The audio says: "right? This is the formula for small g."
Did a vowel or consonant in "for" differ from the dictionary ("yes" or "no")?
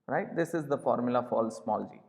yes